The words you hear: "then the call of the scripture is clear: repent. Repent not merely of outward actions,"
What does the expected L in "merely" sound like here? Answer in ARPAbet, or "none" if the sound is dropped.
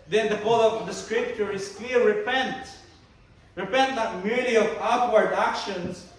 none